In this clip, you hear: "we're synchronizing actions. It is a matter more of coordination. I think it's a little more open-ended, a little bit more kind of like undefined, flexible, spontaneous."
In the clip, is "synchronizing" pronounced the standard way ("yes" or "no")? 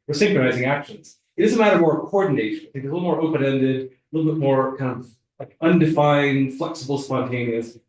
yes